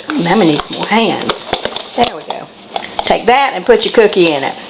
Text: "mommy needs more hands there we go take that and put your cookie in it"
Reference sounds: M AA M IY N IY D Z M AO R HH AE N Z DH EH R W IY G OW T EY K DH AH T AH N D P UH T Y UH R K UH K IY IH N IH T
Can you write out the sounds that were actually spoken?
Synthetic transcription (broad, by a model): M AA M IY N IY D S M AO L HH AE N Z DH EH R W IY G OW T EY K DH AH T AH N P UH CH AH R K UH K IY IH N IH T